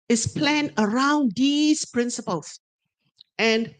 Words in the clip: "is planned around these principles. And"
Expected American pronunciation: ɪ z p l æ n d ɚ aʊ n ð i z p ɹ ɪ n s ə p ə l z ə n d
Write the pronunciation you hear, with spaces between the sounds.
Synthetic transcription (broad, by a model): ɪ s p l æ n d ɚ aʊ n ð i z p ɹ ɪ n s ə p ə l s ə n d